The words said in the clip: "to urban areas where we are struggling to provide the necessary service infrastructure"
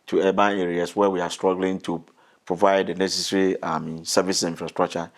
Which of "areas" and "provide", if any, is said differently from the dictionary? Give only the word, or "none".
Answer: areas